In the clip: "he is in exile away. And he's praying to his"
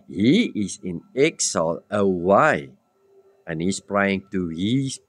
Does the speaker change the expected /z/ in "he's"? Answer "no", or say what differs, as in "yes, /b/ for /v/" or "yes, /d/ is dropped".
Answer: yes, /s/ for /z/